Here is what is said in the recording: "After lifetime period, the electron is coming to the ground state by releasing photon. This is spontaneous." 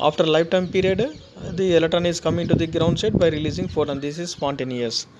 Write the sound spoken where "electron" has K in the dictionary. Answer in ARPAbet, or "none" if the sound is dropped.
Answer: none